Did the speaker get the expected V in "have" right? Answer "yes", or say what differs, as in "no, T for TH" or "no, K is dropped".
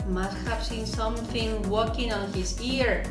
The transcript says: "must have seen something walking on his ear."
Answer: no, P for V